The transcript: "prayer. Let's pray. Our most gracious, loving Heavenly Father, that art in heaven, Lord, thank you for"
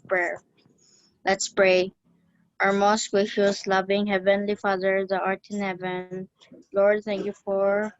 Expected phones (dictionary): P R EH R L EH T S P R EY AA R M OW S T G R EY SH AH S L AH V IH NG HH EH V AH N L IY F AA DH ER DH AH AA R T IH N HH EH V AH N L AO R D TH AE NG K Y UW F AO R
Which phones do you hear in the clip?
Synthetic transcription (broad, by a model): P R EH R L EH T S P R EY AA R M OW S T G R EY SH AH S L AH V IH NG HH EH V AH N L IY F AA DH ER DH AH AA R T IH N HH EH V AH N L AO R D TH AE NG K Y UW F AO R